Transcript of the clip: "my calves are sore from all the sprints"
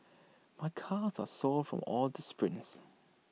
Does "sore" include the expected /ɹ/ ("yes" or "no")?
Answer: no